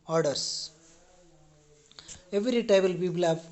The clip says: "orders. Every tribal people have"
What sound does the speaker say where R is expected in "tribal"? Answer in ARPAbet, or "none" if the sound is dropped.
none